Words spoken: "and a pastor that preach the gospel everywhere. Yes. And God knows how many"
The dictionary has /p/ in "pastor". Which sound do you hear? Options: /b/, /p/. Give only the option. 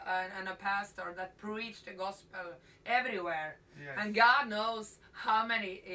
/p/